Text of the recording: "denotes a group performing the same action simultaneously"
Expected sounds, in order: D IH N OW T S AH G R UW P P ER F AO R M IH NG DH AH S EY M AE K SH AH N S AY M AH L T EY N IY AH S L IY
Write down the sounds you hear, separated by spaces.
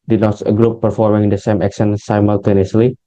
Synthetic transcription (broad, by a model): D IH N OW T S AH G R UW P P ER F AO R M IH NG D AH S EY M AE K S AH N S AY M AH L T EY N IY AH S L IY